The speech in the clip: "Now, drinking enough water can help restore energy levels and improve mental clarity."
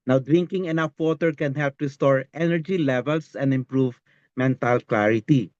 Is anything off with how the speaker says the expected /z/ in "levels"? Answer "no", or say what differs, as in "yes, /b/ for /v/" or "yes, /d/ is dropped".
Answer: yes, /s/ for /z/